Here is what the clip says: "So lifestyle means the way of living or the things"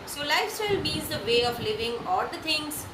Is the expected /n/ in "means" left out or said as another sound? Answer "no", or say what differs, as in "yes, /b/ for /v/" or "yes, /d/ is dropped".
yes, /n/ is dropped